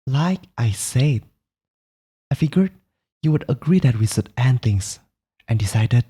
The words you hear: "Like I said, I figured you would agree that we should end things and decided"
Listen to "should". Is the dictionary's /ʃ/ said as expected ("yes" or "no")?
no